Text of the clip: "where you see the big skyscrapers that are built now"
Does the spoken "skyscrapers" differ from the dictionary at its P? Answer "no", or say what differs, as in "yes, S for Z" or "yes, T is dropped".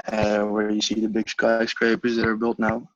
no